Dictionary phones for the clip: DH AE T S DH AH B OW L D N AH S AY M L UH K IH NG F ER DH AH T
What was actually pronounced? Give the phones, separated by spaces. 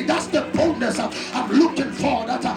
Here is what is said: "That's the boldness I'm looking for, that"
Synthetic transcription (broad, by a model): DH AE T S DH AH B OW D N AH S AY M L UH K IH NG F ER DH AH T